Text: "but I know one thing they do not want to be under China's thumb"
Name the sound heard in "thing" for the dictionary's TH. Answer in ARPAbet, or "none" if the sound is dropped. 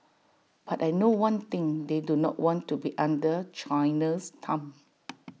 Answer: T